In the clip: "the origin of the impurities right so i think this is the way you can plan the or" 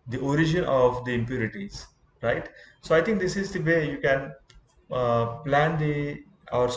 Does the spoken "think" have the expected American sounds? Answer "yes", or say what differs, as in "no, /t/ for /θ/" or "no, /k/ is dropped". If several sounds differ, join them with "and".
no, /t/ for /θ/